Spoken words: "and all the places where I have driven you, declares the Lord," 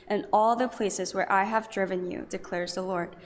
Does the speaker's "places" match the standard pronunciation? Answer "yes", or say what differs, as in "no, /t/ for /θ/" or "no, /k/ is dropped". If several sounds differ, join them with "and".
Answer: yes